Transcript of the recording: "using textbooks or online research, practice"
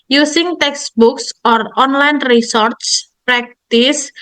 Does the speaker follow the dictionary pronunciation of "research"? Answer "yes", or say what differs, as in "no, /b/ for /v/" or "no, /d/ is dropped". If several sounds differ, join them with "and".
no, /s/ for /tʃ/